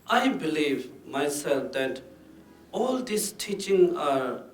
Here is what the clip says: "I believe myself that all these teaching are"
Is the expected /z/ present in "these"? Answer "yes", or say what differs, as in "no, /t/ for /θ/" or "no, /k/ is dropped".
no, /s/ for /z/